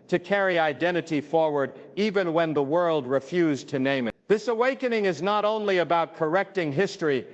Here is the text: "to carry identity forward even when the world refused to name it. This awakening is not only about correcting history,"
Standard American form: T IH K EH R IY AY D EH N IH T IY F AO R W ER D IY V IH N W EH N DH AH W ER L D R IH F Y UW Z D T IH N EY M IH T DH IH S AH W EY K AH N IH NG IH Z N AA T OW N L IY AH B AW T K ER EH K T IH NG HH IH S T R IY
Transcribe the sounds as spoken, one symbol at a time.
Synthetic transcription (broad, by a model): T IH K EH R IY AY D EH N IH T IY F AO R W ER D IY V IH N W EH N DH AH W ER L D R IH F Y UW Z T IH N EY M IH T DH IH S AH W EY K AH N IH NG IH Z N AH T OW N L IY AH B AW T K ER EH K T IH NG HH IH S T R IY